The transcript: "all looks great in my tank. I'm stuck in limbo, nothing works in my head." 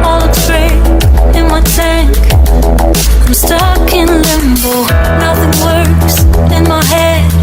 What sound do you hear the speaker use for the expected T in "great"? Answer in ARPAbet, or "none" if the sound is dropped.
none